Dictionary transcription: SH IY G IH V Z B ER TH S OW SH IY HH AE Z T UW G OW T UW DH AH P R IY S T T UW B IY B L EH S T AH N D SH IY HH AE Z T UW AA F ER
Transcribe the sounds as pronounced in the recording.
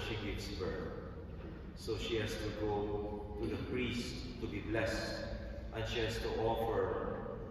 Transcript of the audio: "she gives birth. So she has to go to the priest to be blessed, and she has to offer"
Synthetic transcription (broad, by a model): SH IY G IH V S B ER S OW SH IY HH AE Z T UW G OW T UW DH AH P R IY S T T UW B IY B L EH S T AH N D SH IY HH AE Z T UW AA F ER